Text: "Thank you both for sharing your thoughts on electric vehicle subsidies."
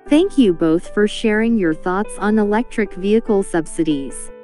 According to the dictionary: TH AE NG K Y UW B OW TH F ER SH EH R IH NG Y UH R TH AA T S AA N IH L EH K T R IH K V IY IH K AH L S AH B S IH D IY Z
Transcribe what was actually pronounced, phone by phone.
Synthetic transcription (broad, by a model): TH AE NG K Y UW B OW TH F ER SH EH R IH NG Y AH R TH AA T S N IH L EH K T R IH K V IY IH K L S AH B S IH D IY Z